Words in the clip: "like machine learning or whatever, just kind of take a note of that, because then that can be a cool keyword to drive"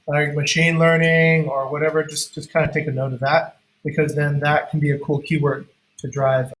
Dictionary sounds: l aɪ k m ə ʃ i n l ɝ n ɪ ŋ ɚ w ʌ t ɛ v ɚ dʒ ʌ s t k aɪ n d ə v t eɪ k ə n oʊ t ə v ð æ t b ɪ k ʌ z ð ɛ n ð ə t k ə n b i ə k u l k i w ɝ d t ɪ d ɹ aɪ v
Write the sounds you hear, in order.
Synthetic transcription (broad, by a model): l aɪ k m ə ʃ i n l ɝ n ɪ ŋ ɚ w ʌ t ɛ v ɚ dʒ ʌ s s k aɪ n d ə t eɪ k ə n oʊ t ə v ð æ t b ɪ k ʌ z ð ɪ n ð ə t k n b i ə k u l k i w ɝ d t ɪ d ɹ aɪ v